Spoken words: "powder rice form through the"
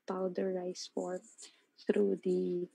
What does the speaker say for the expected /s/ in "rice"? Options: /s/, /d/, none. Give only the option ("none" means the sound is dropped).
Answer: /s/